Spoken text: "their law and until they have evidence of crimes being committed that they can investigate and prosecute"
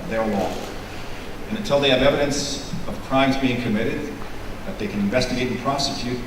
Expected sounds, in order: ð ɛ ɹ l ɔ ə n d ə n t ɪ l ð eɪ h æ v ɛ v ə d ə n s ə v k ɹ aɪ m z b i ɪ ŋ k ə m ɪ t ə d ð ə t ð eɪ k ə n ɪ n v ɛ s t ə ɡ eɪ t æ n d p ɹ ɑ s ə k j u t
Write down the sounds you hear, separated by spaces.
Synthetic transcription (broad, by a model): ð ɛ ɹ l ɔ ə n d ə n t ɪ l ð eɪ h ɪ v ɛ v ə d ə n s ə v k ɹ aɪ m z b i ɪ ŋ k ə m ɪ t ə d ð ə t ð eɪ k ə n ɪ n v ɛ s t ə ɡ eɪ t n p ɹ ɑ s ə k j u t